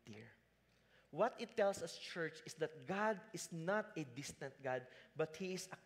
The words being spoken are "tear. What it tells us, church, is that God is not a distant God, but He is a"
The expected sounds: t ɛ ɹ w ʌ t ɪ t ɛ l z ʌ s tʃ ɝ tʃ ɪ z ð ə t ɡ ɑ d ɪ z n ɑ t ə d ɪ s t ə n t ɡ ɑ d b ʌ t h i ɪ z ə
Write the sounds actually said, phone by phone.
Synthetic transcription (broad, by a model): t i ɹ w ʌ t ɪ t ɛ l s ʌ s tʃ ɝ tʃ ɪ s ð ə t ɡ ɑ d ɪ s n ɑ t ə d ɪ s t ə n t ɡ ɑ d b ʌ t h i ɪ s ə